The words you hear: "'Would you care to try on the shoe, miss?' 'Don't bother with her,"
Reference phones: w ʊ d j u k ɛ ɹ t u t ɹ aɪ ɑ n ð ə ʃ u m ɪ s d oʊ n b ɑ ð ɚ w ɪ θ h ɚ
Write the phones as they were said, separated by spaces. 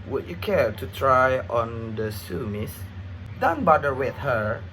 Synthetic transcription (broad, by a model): w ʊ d j u k ɛ ɹ t u t ɹ aɪ ɑ n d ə s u m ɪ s d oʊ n b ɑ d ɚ w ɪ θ h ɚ